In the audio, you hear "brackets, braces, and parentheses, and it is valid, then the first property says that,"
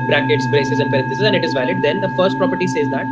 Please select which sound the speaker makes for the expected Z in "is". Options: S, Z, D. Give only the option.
Z